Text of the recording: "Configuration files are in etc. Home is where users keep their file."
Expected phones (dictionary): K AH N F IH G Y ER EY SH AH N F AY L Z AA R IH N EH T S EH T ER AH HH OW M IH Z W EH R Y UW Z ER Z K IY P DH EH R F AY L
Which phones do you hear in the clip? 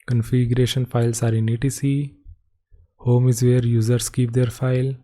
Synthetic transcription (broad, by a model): K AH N F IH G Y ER EY SH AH N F AY L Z AA R IH N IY T IY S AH HH OW M IH Z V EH R Y UW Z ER S K IY P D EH R F AY L